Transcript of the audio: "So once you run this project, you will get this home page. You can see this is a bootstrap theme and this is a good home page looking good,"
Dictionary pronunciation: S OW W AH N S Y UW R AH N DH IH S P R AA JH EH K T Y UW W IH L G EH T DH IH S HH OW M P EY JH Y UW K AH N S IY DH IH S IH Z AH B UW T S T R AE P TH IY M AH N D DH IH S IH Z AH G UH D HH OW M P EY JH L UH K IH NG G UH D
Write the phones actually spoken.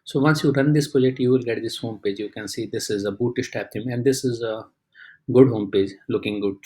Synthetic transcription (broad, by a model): S OW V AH N S Y UW R AH N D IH S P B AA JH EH T Y UW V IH L G EH T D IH S HH OW M P EY JH Y UW K AH N S IY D IH S IH Z AH B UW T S T AE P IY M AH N D IH S IH Z AH G UH D HH OW M P EY JH L UH K IH NG G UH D